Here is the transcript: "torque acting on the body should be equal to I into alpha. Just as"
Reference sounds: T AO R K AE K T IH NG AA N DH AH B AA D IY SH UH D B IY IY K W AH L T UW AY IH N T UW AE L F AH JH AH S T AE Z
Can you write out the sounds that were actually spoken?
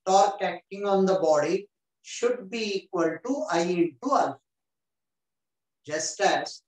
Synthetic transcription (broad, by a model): T AO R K AE K T IH NG AA N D AH B AA D IY SH UH D B IY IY K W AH L T UW AY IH T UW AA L JH AH S T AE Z